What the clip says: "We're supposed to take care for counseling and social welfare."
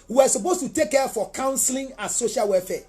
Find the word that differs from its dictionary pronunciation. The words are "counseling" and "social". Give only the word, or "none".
none